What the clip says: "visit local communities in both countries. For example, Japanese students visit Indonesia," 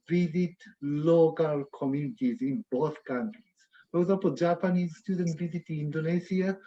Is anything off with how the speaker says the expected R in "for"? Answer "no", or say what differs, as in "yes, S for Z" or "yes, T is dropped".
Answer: yes, W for R